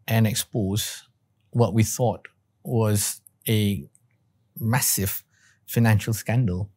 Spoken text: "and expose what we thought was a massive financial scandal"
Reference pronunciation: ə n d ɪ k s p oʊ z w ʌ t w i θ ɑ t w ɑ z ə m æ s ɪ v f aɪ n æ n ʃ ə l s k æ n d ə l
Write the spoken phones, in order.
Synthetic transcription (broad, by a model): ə n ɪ k s p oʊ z w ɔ t w i θ ɑ t w ɑ z ə m æ s ɪ v f aɪ n æ n ʃ ə l s k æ n d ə l